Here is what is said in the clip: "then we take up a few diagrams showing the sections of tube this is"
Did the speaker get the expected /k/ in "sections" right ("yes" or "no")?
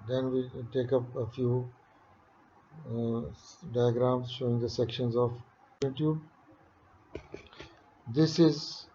yes